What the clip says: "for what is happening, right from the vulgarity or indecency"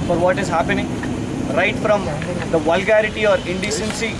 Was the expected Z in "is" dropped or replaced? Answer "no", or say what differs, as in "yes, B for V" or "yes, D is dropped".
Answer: no